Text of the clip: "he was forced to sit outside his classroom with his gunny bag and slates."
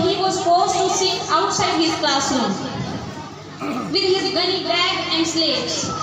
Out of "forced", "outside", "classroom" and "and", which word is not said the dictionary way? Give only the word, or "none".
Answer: classroom